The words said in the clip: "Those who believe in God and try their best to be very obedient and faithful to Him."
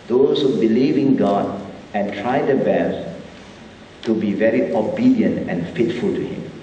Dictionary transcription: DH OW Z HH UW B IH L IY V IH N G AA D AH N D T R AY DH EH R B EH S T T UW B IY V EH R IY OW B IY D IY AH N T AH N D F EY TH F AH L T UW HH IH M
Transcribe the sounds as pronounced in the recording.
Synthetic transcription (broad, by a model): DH OW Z HH UW B IH L IY V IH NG G AA D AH N T R AY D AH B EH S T T UW B IY V EH R IY OW B IY D IY AH N T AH N F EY T F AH L T UW HH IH M